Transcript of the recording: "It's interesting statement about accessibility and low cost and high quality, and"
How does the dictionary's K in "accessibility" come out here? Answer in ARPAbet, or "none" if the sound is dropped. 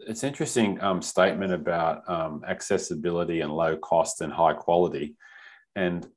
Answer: K